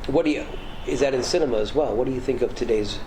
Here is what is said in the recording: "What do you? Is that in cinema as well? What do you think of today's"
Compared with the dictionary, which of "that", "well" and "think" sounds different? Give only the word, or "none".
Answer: none